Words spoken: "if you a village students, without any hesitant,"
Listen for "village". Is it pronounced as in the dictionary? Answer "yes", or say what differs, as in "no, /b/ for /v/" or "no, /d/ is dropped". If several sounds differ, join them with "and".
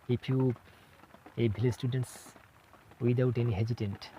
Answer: no, /b/ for /v/